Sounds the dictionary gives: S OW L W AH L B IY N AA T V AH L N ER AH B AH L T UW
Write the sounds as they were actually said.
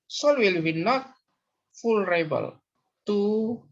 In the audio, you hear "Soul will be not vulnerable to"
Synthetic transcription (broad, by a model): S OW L W AH L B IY N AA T F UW L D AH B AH L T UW